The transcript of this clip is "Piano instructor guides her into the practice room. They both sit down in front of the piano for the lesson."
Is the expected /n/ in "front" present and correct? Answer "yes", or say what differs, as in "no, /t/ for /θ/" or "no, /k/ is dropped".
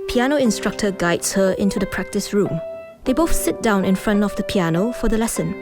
yes